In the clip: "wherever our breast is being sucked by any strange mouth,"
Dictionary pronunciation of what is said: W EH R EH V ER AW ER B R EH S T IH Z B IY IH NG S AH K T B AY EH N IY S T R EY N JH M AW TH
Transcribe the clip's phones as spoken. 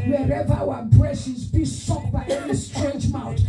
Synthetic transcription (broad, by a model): W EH R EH V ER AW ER B R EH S IH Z B IY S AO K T B AY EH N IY S T R EY N JH M AW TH